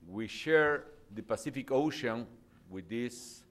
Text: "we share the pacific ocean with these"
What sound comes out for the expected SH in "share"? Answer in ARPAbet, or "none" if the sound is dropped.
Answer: SH